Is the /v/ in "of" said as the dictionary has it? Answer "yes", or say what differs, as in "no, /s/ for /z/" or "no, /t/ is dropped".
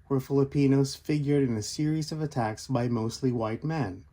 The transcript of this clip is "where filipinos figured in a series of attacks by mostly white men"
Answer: yes